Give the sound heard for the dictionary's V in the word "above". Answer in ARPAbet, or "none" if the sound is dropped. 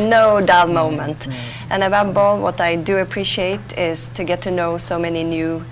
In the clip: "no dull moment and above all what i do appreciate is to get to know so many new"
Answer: B